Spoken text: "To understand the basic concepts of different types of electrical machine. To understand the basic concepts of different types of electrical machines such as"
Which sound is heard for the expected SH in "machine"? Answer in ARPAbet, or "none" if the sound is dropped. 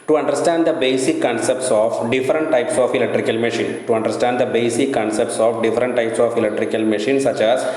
SH